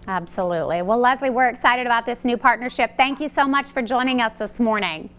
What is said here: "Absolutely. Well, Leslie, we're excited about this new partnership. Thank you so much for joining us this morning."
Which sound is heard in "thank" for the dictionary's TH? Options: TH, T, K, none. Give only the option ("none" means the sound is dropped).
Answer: TH